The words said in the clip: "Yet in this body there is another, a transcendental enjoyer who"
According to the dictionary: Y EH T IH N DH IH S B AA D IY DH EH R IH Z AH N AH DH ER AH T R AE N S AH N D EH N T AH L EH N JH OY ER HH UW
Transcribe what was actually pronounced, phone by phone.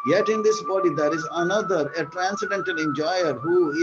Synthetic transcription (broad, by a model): Y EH T IH N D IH S B AA D IY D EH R IH Z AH N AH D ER AH T R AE N S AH D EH N T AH N EH N JH OY ER HH UW